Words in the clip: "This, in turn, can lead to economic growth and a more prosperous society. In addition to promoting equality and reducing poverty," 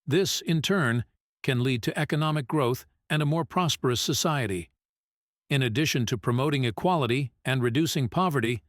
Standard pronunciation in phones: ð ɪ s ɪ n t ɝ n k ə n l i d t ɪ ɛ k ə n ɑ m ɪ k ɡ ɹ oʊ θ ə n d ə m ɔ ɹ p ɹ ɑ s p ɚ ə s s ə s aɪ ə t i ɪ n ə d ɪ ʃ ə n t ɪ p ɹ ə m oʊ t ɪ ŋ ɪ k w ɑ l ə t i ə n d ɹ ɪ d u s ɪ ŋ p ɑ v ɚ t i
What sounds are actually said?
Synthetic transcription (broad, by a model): ð ɪ s ɪ n t ɝ n k ə n l i d t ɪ ɛ k ə n ɑ m ɪ k ɡ ɹ oʊ θ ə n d ə m ɔ ɹ p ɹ ɑ s p ɚ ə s s ə s aɪ ə t i ɪ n ə d ɪ ʃ ə n t ɪ p ɹ ə m oʊ t ɪ ŋ ɪ k w ɑ l ə t i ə n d ɹ ɪ d u s ɪ ŋ p ɑ v ɚ t i